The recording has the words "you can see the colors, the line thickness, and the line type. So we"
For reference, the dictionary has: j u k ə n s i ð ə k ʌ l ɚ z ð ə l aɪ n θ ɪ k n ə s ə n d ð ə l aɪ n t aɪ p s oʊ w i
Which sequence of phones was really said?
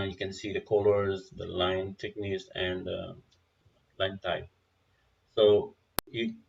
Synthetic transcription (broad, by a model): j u k ə n s i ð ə k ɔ l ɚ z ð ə l aɪ n t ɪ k n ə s ə n d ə l aɪ n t aɪ s oʊ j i